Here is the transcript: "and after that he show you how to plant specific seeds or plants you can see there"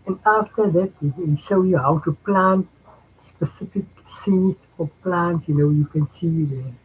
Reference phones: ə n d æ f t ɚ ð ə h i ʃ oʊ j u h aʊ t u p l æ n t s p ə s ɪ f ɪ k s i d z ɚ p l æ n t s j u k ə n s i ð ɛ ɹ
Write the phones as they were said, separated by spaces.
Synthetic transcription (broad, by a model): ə n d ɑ f t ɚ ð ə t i ʃ oʊ j u h aʊ t u p l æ n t s p ə s ɪ f ɪ k s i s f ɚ p l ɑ n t s j u k ə n s i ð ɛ